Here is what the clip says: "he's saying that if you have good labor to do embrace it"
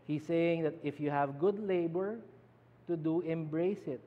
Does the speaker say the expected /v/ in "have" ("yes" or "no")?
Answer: yes